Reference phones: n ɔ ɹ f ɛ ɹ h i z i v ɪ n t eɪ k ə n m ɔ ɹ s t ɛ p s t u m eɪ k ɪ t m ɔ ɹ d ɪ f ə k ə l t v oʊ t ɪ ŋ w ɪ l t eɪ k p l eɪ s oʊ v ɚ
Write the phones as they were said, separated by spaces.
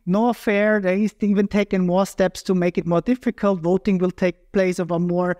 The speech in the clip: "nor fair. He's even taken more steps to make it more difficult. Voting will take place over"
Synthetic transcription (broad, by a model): n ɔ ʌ f ɛ ɹ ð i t i v ɪ n t eɪ k ə n m ɔ ɹ s t ɛ p s t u m eɪ k ɪ t m ɔ ɹ d ɪ f ə k ə l t v oʊ t ɪ ŋ w ɪ l t eɪ k p l eɪ s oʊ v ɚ